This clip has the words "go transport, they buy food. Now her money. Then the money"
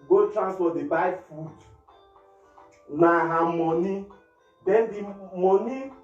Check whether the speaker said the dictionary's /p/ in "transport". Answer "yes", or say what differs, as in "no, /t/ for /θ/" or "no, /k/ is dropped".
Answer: no, /f/ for /p/